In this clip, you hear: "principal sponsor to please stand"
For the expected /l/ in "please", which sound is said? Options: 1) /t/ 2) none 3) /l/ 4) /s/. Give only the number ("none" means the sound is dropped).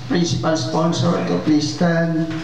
2